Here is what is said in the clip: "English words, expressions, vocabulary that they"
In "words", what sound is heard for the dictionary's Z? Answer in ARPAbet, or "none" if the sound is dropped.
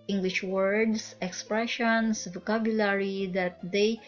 S